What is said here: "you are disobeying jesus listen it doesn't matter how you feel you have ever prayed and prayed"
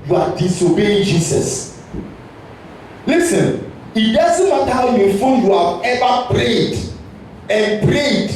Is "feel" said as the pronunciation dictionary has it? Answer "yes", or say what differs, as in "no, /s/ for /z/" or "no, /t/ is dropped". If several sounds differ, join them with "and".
no, /n/ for /l/